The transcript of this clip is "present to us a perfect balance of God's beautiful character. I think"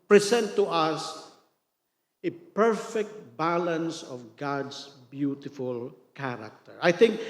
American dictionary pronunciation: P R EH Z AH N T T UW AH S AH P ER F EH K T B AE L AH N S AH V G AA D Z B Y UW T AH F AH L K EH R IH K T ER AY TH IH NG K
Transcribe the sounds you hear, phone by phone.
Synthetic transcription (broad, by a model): P R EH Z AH N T T UW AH S AH P ER F EH K T B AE L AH N S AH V G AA D S B Y UW T AH F AH L K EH R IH K T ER AY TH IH NG K